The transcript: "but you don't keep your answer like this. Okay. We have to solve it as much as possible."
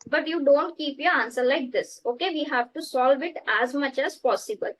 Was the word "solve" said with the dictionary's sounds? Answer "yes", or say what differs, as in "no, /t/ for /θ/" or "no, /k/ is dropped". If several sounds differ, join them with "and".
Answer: yes